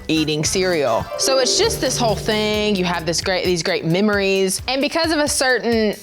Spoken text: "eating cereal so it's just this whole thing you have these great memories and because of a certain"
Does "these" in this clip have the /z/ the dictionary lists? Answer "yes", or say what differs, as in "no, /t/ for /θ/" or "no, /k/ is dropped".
yes